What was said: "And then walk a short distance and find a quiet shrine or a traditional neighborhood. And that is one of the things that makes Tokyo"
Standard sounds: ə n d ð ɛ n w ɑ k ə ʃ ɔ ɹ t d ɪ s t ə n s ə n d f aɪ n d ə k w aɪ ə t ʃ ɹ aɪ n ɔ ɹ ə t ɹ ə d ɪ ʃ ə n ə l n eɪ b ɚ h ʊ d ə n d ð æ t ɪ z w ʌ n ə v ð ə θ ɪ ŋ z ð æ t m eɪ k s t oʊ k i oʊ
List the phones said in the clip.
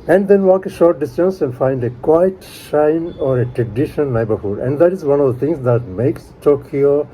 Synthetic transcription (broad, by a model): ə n d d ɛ n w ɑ k ə ʃ ɔ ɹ t d ɪ s t ə n s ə n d f aɪ n d ə k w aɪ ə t ʃ aɪ n ɔ ɹ ə t ɹ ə d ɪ ʃ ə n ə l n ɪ b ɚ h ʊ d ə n d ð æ t ɪ z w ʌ n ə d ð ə t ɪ ŋ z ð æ t m eɪ k s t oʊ k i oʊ